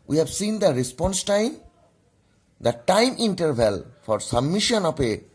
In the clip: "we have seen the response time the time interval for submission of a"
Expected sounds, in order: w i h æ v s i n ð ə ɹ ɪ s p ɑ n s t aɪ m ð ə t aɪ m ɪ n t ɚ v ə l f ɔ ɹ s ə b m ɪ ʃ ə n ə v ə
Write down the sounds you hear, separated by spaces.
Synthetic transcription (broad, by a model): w i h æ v s i n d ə ɹ ɪ s p ɑ n s t aɪ m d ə t aɪ m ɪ n t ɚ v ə l f ɔ ɹ s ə b m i ʃ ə n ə p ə